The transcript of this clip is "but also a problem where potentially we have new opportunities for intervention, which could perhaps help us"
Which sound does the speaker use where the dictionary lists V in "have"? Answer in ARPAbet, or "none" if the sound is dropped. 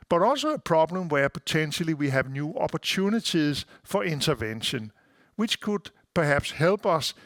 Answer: V